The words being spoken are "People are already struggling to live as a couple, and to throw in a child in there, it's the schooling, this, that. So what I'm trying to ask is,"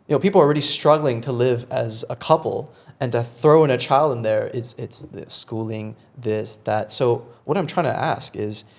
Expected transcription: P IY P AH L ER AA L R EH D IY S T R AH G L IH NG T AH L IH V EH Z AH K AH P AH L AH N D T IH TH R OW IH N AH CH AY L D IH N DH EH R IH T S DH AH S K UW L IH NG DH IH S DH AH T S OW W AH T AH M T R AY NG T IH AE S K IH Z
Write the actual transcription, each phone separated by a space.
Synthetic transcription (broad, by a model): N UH P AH L ER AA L R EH D IY S T R AH G L IH NG T AH L IH V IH Z AH K AH P L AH N T IH TH R OW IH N AH CH AY L D IH N DH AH R IH T S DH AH S K UW L IH NG DH IH S DH AH T S OW W AH T AH M T R AY NG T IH AE S K IH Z